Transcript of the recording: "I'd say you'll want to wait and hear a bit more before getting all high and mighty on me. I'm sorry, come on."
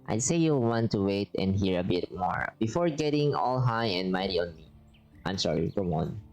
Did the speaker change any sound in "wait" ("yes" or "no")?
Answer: no